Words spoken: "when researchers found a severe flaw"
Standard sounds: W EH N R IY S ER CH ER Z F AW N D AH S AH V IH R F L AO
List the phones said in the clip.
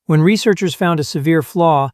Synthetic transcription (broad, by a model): W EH N R IY S ER CH ER Z F AW N D AH S AH V IH R F L AO